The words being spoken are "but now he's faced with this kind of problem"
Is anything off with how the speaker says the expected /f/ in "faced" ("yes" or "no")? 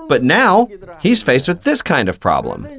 no